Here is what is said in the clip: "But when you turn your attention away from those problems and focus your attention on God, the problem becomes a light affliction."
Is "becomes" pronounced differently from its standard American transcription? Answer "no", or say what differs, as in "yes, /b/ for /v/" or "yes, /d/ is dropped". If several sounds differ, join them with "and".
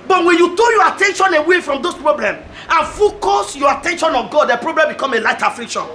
yes, /z/ is dropped